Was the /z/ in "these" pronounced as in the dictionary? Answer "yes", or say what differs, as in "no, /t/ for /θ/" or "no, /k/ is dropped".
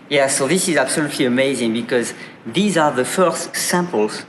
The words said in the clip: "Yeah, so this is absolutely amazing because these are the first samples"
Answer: yes